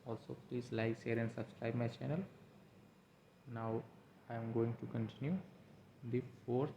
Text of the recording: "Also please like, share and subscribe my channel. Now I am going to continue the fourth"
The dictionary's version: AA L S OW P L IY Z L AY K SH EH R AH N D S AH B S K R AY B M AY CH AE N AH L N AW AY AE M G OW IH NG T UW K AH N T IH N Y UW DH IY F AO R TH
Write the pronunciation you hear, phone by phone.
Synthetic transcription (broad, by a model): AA L S OW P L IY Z L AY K S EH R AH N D S AH B S K R AY B M AY CH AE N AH L N AW AY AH M G OW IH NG T UW K AH N T IH N Y UW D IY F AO R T